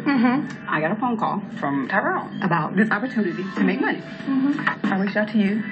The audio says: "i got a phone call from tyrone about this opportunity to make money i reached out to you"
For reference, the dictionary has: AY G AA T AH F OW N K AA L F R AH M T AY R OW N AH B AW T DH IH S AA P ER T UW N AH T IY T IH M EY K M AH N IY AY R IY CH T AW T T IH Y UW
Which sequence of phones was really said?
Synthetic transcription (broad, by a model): AY G AA T AH P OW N K AA L F R AH M T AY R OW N AH B AW T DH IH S AA P ER T UW N AH T IY T IH M EY K M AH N IY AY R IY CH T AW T T IH Y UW